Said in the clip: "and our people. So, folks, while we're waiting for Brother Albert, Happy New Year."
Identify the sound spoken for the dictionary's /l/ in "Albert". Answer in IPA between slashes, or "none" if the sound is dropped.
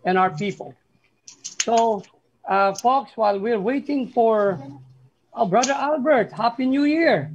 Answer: /l/